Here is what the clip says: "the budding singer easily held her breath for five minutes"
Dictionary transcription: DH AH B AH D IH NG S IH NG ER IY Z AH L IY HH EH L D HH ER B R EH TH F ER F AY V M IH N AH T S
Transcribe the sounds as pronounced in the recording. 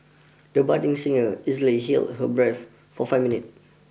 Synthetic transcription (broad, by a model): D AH B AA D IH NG S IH NG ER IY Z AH L IY HH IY L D HH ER B R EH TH F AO F AY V M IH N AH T